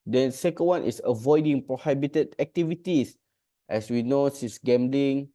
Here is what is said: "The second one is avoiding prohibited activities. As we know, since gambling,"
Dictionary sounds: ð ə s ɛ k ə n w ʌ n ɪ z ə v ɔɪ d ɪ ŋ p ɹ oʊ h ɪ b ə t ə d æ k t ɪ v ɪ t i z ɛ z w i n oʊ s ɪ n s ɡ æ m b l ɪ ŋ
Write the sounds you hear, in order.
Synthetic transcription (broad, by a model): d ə s ɛ k ə n w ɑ n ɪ s ə v ɔɪ d ɪ ŋ p ɹ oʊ h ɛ b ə t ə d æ k t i v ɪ t i s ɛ s w i n oʊ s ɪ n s ɡ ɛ m b l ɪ ŋ